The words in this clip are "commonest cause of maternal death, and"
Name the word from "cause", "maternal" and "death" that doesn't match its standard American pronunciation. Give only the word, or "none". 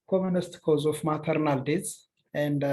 death